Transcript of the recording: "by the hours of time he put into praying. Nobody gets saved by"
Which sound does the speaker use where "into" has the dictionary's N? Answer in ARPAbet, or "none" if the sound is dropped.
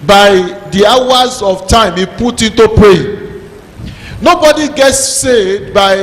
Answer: N